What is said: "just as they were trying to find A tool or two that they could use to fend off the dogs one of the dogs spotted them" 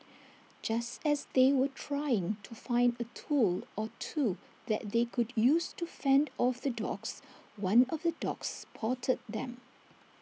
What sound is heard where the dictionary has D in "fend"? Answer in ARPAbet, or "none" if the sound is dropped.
D